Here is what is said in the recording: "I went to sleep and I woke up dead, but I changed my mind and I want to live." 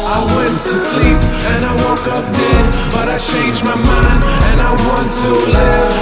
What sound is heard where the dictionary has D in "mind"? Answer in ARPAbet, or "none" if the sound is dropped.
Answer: none